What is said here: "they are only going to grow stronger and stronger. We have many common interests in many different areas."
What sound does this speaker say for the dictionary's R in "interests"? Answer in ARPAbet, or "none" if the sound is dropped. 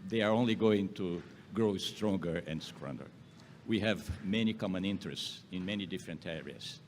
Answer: R